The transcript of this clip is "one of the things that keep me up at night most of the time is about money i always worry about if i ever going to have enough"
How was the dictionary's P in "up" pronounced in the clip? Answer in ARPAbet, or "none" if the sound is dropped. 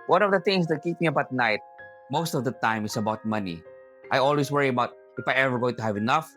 B